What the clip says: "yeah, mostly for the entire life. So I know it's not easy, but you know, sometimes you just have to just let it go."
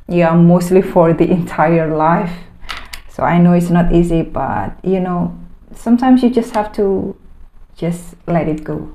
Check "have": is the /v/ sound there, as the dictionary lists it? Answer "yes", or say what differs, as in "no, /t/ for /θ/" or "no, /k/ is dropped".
no, /f/ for /v/